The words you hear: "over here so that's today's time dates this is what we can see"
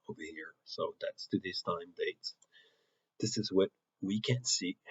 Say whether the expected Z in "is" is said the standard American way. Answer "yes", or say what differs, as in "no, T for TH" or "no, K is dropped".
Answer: yes